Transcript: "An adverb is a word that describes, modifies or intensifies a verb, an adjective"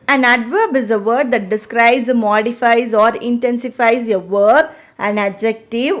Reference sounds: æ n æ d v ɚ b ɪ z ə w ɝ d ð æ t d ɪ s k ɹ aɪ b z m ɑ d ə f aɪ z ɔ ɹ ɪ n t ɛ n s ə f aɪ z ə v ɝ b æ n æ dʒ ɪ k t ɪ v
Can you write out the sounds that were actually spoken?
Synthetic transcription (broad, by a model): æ n æ d v ɚ b ɪ z ə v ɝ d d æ t d ɪ s k ɹ aɪ b z m ɑ d ə f aɪ z ɔ ɹ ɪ n t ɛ n s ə f aɪ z ə v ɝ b æ n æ dʒ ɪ k t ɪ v